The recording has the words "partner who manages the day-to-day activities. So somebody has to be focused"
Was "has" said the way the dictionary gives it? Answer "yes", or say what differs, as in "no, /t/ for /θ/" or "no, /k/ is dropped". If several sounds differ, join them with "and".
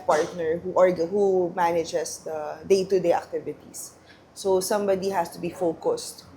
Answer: no, /s/ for /z/